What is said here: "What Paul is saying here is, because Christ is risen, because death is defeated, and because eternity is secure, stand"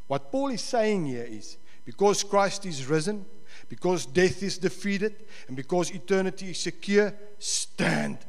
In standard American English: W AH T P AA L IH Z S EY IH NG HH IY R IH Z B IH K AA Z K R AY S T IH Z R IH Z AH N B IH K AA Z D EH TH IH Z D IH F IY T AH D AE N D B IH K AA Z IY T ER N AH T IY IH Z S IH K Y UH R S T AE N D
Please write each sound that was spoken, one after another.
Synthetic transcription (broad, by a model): W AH T P AA L IH Z S EY IH NG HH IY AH IH Z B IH K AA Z K R AY S T IH Z R IH Z AH N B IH K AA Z D EH TH IH Z D IH F IY T AH D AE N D B IH K AA Z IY T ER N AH T IY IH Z S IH K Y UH S T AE N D